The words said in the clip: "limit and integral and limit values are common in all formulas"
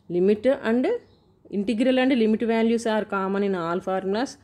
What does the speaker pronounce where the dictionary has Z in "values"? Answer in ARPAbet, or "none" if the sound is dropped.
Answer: S